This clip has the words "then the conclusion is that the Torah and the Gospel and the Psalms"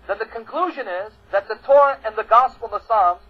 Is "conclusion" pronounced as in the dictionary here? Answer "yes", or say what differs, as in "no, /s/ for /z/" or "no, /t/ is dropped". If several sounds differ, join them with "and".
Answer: yes